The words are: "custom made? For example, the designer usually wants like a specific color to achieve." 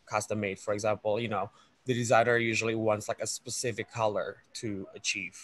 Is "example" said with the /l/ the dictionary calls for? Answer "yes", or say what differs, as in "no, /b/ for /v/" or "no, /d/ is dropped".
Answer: no, /n/ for /l/